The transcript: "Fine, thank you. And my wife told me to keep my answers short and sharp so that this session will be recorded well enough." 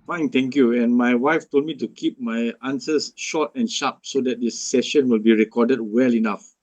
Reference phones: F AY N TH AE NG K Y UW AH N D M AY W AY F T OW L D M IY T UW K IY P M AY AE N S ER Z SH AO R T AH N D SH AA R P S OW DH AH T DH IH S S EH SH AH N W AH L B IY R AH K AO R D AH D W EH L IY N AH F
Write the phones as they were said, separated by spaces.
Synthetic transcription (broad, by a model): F AY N T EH NG K Y UW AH N M AY W AY F T OW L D M IY T UW K IY P M AY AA N S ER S SH AO T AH N SH AA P S OW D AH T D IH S S EH SH AH N W AH L B IY R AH K AO D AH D W EH L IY N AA F